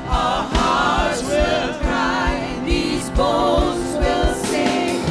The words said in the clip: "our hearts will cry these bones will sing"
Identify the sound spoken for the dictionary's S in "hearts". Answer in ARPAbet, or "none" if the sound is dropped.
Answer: none